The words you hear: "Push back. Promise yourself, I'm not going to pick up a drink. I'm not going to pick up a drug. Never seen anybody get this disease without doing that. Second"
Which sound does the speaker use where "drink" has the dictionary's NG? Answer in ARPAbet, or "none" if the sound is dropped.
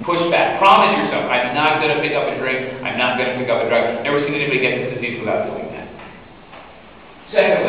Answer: none